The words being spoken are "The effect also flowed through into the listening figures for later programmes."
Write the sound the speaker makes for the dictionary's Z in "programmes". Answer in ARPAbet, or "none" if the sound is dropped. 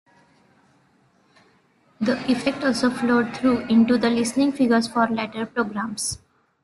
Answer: S